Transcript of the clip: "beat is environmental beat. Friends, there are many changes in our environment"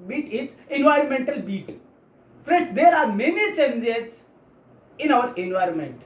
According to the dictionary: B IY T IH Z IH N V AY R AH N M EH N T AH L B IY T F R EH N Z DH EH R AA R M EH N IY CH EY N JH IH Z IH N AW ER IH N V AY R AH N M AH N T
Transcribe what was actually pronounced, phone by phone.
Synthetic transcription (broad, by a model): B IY T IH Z IH N V AY R AH N M EH N T AH L B IY T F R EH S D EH R AA R M EH N IY CH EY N JH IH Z IH N AW ER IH N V AY R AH N M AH N T